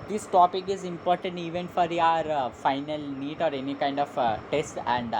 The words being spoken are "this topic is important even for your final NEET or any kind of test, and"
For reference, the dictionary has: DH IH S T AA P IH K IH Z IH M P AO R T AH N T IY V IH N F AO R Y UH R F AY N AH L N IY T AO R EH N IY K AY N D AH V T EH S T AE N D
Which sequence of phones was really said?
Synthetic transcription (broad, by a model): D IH S T AA P IH K IH Z IH M P AO R T AH N T IY V IH N F AO R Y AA R F AY N AH L N IY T AO R EH N IY K AY N D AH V T EH S T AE N D